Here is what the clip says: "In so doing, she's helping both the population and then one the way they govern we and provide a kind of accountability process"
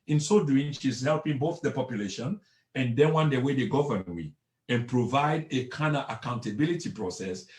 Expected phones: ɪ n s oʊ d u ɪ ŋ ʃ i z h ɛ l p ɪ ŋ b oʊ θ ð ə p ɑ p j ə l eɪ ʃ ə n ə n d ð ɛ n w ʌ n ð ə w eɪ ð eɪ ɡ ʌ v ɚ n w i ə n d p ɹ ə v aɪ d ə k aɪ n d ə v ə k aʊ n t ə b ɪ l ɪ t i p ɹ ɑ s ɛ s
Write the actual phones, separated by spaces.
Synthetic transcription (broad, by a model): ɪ n s oʊ d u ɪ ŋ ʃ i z h ɛ l p ɪ ŋ b oʊ θ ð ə p ɑ p j ə l eɪ ʃ ə n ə n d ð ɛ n w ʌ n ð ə w eɪ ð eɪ ɡ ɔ v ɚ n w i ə n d p ɹ ə v aɪ d ə k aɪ n ə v ə k aʊ n t ə b ɪ l ɪ t i p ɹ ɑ s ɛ s